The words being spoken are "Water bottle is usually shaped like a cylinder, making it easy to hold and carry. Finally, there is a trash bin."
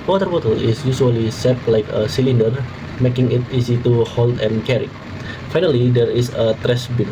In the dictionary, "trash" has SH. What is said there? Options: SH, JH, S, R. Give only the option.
S